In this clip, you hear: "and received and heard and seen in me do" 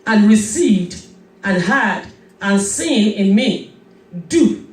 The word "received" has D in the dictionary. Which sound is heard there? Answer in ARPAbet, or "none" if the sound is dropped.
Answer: D